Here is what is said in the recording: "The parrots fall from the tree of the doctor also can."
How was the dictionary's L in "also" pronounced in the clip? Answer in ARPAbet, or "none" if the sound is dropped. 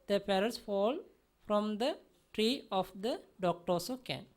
none